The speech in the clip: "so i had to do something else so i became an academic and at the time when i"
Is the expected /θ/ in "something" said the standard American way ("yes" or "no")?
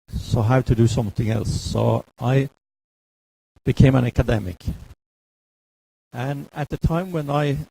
yes